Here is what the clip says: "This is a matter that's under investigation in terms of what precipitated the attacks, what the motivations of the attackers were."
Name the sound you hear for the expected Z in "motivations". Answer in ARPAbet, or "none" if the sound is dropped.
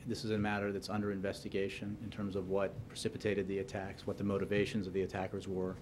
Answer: Z